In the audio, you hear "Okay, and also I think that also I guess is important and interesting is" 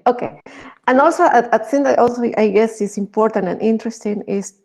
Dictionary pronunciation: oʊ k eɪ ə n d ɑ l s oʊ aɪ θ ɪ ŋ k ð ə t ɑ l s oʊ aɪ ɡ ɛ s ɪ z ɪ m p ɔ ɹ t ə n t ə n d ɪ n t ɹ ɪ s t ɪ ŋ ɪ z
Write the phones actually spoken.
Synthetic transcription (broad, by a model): oʊ k eɪ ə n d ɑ l s oʊ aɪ t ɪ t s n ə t ɑ l s oʊ aɪ ɡ ɛ s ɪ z ɪ m p ɔ ɹ t ə n t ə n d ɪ n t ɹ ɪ s t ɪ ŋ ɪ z